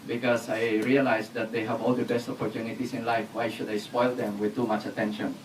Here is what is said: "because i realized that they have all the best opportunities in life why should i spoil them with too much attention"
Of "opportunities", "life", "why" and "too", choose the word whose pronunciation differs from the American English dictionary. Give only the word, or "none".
opportunities